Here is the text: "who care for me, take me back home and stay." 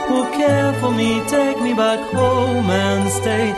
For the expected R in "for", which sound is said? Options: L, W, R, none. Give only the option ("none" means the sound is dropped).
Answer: L